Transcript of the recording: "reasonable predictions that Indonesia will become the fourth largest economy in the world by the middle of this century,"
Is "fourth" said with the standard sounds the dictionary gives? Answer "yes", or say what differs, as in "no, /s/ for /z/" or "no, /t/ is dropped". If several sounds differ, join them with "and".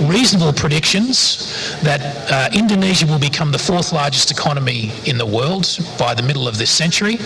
yes